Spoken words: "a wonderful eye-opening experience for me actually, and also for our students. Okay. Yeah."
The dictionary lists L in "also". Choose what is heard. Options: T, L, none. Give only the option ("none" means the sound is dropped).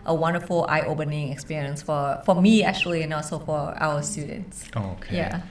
none